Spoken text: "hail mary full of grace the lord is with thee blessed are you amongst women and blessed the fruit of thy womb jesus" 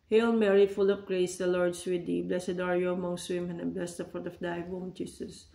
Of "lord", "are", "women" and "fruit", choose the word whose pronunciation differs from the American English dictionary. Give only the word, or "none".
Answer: fruit